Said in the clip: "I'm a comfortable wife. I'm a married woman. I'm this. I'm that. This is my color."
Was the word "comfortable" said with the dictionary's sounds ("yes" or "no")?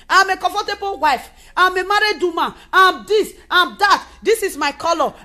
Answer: no